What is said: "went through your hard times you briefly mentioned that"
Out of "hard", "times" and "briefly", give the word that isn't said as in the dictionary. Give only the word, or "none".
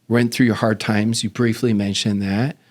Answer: none